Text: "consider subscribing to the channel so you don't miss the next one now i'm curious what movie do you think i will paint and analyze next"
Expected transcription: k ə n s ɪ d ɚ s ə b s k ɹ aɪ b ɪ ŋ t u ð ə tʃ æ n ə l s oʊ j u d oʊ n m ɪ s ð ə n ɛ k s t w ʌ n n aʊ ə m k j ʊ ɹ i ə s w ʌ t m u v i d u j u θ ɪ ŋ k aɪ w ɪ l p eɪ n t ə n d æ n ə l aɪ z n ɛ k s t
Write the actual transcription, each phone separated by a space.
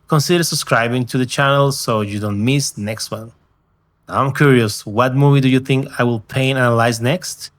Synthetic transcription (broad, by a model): k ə n s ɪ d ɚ s ə b s k ɹ aɪ b ɪ ŋ t u ð ə tʃ æ n ə l s oʊ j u d oʊ n m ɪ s n ɛ k s t w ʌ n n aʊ ə m k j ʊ ɹ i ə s w ʌ t m u v i d u j u θ ɪ ŋ k aɪ w ɪ l p eɪ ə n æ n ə l aɪ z n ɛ k s t